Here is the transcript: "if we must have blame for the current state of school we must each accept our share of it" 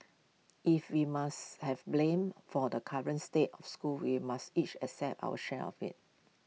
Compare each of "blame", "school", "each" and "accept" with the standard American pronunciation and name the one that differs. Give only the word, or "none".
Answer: accept